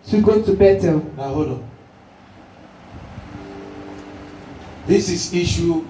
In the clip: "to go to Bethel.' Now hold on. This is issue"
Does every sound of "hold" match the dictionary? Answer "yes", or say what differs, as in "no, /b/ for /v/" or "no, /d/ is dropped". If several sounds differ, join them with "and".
no, /l/ is dropped